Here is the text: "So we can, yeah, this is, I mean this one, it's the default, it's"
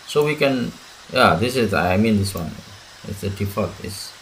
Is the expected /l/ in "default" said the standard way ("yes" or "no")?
no